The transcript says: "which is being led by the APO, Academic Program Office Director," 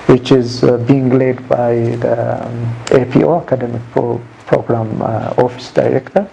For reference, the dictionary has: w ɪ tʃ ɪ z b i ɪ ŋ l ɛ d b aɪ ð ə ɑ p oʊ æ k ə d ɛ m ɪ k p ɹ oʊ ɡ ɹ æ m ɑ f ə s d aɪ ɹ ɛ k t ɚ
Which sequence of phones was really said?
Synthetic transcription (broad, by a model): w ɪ tʃ ɪ z b i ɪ ŋ l ɛ d b aɪ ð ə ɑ p oʊ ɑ k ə d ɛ m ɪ k p ɹ oʊ ɡ ɹ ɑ m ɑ f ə s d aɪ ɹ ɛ k t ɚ